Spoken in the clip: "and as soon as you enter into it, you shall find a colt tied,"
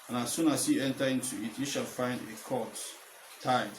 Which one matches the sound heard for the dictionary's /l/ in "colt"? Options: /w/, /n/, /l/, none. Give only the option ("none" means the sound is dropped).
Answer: none